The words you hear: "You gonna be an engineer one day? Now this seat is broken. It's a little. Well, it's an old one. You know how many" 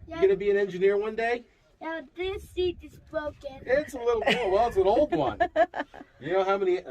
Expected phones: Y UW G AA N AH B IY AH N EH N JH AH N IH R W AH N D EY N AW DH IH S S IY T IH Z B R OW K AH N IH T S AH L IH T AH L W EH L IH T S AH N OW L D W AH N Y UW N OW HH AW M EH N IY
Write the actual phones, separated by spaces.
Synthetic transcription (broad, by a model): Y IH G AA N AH B IY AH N EH N JH AH N IH R W AH N D EY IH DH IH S S IY T IH Z B R OW K AH N IH T S AH L IH T L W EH W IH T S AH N OW L D W AH N Y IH N OW HH AW M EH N IY